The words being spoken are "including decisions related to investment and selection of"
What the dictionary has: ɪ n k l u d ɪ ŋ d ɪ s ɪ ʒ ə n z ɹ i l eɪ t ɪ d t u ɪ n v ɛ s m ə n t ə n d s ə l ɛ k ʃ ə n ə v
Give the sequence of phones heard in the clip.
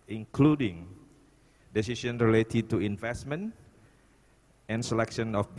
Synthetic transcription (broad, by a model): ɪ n k l u d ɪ ŋ d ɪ s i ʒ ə n ɹ i l eɪ t ɪ d t u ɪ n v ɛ s m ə n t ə n s ə l ɛ k ʃ ə n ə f